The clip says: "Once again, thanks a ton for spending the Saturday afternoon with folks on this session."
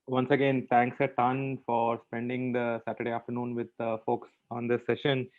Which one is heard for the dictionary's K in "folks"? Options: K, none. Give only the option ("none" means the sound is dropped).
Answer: K